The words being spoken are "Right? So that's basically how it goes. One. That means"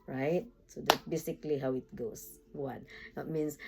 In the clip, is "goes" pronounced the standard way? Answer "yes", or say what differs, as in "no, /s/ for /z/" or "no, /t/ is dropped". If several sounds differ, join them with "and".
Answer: no, /s/ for /z/